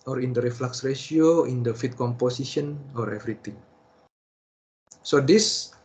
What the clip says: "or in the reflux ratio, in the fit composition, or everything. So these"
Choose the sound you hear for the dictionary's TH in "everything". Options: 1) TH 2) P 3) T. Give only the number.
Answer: 3